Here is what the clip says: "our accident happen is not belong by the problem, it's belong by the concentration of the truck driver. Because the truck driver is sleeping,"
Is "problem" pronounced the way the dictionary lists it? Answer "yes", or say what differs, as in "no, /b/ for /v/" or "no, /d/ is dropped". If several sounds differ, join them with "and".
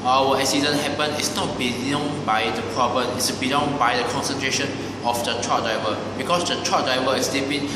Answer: no, /l/ is dropped